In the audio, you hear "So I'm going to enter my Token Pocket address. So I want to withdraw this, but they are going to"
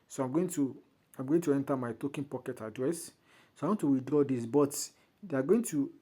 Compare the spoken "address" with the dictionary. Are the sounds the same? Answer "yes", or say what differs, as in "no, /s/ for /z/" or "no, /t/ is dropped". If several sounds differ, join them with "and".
yes